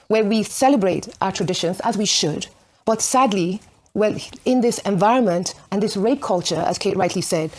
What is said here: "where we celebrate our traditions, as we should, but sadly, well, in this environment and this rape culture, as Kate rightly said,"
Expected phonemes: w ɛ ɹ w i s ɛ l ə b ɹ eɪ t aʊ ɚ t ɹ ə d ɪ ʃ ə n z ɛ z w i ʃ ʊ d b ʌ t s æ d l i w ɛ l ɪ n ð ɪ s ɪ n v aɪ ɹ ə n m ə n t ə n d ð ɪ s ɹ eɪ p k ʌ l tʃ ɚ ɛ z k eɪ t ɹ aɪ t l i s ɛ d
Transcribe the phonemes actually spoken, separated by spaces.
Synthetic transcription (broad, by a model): w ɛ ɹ w i s ɛ l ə b ɹ eɪ t aʊ ɚ t ɹ ə d ɪ ʃ ə n z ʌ z w i ʃ ʊ d b ʌ t s æ d l i w ɛ l ɪ n ð ɪ s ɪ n v aɪ ɹ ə n m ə n t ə n ð ɪ s ɹ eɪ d k ʌ l tʃ ɚ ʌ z k eɪ t ɹ aɪ t l i s ɛ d